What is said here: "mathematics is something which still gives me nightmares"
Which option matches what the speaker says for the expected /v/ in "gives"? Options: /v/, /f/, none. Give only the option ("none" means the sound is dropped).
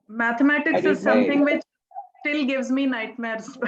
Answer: /v/